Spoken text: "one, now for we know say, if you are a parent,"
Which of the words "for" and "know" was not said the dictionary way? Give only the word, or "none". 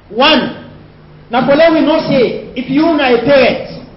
for